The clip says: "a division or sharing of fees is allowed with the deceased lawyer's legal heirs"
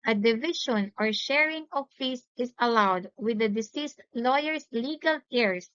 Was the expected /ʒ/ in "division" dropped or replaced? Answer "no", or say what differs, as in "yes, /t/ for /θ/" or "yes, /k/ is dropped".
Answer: yes, /ʃ/ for /ʒ/